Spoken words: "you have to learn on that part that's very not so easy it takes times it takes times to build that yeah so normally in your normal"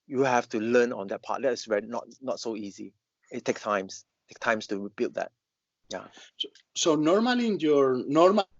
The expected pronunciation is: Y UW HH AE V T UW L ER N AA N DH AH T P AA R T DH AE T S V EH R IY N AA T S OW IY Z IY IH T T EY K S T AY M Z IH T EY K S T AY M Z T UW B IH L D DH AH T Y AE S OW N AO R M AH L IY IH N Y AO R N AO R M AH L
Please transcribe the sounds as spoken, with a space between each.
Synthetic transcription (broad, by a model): Y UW HH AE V T UW L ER N AA N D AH T P AA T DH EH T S W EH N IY N AA T S OW IY Z IY IH T T EY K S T AY M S T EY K T AY M S T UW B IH L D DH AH T Y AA S OW N AO R M AH L IY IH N Y AO R N AO R M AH